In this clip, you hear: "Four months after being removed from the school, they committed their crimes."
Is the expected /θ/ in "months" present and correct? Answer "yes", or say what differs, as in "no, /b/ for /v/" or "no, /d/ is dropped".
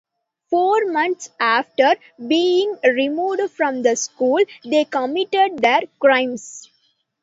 no, /t/ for /θ/